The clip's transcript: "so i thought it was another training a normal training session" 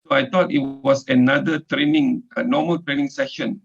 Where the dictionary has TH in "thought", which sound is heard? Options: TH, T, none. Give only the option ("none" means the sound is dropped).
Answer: T